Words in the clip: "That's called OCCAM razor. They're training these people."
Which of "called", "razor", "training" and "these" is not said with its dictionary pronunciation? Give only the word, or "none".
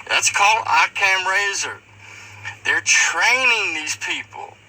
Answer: none